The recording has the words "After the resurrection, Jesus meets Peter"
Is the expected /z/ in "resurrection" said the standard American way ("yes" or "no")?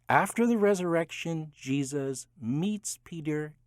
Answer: yes